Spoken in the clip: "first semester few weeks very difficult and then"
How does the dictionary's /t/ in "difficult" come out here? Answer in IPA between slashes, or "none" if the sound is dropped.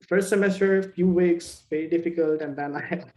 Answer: /t/